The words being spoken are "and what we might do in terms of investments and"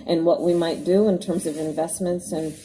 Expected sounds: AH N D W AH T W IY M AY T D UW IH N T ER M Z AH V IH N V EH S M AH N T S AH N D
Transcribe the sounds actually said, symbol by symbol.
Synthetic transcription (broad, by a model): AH N W AH T W IY M AY T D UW IH N T ER M Z AH V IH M V EH S M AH N T S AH N